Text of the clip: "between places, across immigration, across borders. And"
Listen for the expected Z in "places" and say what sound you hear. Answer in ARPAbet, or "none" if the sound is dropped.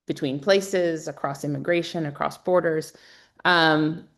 Z